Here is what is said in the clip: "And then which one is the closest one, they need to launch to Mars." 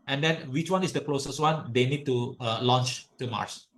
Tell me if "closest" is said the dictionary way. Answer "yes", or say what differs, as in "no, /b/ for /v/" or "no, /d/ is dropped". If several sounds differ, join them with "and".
yes